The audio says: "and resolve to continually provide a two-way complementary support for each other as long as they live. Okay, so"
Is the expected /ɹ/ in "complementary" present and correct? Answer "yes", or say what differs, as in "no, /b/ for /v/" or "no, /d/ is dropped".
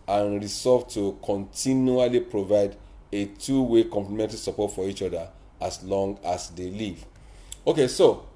no, /l/ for /ɹ/